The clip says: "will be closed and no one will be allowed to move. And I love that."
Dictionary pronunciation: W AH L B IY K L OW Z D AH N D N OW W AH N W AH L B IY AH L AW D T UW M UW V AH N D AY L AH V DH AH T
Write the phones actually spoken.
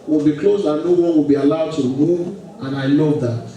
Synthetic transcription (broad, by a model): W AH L B IY K L OW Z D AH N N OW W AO W AH L B IY AH L AW D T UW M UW AH N AY L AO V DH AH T